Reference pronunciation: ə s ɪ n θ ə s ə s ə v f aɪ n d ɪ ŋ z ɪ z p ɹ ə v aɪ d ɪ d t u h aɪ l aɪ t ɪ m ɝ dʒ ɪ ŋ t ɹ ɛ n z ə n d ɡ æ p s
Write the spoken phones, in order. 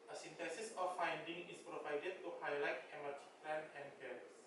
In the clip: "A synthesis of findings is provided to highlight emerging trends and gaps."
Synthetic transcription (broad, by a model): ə s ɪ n t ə s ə s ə f aɪ n d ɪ ŋ ɪ s p ɹ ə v aɪ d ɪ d t u h aɪ l aɪ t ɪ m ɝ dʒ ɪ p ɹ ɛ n ə n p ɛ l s